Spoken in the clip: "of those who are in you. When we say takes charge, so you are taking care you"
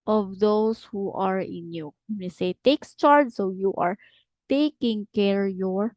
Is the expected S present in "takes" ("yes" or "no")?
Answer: yes